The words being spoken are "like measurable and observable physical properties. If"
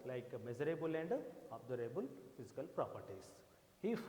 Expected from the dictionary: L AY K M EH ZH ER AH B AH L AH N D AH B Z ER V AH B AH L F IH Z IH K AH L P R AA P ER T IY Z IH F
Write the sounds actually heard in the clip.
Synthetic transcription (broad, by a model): L AY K M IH Z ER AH B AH L AH N D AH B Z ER AH B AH L F IH Z IH K AH L P R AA P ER T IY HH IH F